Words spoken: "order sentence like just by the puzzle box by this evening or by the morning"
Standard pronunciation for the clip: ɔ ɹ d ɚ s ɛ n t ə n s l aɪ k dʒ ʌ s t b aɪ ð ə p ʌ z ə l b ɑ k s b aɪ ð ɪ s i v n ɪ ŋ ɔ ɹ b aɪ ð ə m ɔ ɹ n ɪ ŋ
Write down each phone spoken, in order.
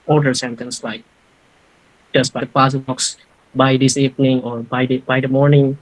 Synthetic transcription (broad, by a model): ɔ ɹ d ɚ s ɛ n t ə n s l aɪ k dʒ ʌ s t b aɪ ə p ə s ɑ k s b aɪ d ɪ s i p n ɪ ŋ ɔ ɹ b aɪ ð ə m ɔ ɹ n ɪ ŋ